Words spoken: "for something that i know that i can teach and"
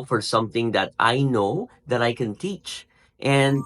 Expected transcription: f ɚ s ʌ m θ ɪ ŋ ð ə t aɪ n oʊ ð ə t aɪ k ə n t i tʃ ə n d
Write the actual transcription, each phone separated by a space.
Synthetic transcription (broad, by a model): f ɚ s ʌ m θ ɪ ŋ ð ə t aɪ n oʊ ð ə t aɪ k ə n t i tʃ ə n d